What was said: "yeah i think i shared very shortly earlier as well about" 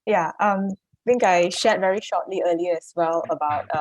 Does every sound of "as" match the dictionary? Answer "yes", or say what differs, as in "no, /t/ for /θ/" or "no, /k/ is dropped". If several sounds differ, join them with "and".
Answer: no, /s/ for /z/